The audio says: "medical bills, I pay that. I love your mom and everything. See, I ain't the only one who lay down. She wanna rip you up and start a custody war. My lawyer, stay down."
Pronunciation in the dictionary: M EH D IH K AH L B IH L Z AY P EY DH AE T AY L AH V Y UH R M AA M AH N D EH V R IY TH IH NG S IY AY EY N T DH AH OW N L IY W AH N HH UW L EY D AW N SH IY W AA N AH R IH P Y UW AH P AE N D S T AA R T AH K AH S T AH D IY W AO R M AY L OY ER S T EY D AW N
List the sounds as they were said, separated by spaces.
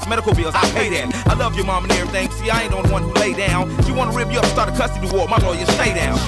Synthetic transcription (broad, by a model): M EH D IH K L B IH L Z AY P EY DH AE T AY L AH V Y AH R M AA M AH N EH R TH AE NG S IY AY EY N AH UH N W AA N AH L EY D AW N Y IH W AA N AH R IH P Y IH AH P S T AA R T AH K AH S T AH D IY W AO R M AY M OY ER S T EY D AW N